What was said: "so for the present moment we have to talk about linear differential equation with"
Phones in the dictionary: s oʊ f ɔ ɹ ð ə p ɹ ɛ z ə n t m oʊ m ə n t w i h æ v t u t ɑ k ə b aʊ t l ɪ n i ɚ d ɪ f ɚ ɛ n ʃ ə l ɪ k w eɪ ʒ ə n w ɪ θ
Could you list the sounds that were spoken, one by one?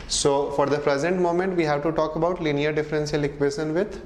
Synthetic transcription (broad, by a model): s oʊ f ɔ ɹ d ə p ɹ ɛ z ə n t m oʊ m ə n t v i h æ v t u t ɑ k ə b aʊ t l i n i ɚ d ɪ f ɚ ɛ n s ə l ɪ k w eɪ ʃ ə n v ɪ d